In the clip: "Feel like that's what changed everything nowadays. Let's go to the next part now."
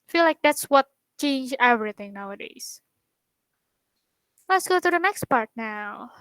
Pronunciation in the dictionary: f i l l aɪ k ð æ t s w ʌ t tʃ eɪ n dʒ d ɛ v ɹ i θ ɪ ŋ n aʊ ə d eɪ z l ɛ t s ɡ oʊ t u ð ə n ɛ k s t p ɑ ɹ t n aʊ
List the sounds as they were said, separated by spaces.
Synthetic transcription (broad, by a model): f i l l aɪ k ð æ t s w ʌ t tʃ eɪ n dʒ ɛ v ɹ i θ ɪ ŋ n aʊ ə d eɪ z l ɛ t s ɡ oʊ t u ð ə n ɛ k s t p ɑ ɹ t n aʊ